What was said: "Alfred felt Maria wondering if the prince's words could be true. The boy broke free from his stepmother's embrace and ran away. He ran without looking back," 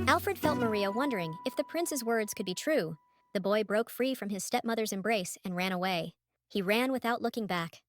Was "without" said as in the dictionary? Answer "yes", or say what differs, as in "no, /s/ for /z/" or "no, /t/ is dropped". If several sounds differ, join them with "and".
yes